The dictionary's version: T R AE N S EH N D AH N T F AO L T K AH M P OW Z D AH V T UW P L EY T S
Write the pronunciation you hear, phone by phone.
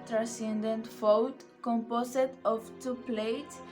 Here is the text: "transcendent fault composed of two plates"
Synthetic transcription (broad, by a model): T R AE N S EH N D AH N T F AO W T K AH M P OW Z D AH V T UW P L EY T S